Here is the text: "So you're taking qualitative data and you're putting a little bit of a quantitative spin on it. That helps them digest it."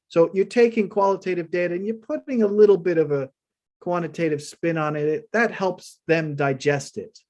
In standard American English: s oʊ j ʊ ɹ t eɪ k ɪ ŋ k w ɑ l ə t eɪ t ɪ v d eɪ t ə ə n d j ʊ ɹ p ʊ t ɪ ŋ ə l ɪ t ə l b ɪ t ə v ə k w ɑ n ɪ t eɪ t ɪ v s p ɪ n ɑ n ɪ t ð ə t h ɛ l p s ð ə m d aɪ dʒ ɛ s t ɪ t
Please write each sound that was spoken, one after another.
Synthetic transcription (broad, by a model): s oʊ j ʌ ɹ t eɪ k ɪ ŋ k w ɑ l ə t eɪ t ɪ v d eɪ t ə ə n j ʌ ɹ p ʊ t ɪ ŋ ə l ɪ t l b ɪ t ə v ə k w ɑ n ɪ t eɪ t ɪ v s p ɪ n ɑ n ɪ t ð ə t h ɛ l p s ð ə m d aɪ dʒ ɛ s t ɪ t